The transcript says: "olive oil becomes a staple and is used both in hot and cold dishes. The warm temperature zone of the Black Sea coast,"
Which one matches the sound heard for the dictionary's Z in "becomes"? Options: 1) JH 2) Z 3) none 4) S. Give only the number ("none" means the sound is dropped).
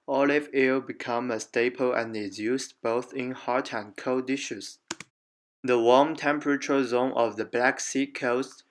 3